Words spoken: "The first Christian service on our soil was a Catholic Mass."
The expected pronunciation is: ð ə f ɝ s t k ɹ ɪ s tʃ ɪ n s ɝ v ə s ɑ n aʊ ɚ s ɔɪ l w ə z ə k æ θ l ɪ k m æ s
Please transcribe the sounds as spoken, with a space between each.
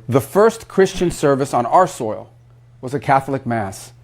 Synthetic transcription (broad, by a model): ð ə f ɝ s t k ɹ ɪ s tʃ ɪ n s ɝ v ə s n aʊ ɚ s ɔɪ l w ə z ə k æ θ l ɪ k m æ s